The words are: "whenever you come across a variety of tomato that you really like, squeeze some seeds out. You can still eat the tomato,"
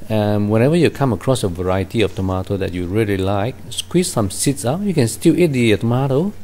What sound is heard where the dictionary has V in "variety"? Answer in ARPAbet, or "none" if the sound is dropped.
V